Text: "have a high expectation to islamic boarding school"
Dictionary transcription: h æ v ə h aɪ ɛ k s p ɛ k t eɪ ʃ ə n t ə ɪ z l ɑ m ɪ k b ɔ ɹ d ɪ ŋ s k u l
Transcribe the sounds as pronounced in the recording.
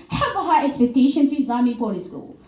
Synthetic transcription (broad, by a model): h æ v ə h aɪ ɛ k s p ɛ k t eɪ ʃ ə n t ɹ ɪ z ɑ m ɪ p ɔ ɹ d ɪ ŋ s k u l